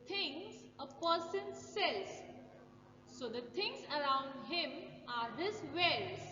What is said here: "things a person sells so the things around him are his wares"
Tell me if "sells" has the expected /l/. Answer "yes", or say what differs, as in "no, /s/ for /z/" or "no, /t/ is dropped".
no, /l/ is dropped